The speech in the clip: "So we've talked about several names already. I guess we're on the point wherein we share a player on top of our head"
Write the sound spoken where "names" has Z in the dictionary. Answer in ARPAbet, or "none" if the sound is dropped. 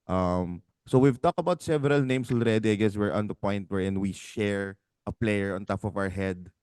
S